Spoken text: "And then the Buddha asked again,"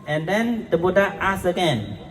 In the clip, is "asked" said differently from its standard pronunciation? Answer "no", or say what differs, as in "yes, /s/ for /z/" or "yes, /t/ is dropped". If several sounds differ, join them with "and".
yes, /t/ is dropped